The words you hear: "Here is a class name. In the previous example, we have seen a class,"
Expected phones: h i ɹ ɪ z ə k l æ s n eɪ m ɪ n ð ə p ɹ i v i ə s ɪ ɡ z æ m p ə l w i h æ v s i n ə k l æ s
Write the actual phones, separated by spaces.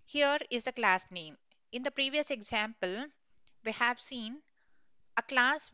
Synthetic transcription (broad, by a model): h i ɹ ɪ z ə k l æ s n eɪ m ɪ n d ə p ɹ i v i ə s ɪ ɡ z æ m p ə l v i h æ v s i n ə k l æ s